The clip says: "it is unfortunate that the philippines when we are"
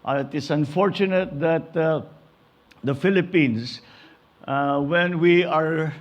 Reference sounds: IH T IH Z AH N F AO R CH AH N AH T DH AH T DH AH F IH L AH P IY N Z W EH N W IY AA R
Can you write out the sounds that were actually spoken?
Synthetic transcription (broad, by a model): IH T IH S AH N F AO R CH AH N AH T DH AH T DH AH F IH L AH P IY N S W EH N W IY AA R